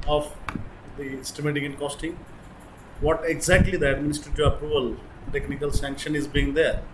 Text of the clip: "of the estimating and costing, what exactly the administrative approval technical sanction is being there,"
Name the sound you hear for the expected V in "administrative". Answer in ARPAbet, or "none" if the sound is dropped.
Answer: none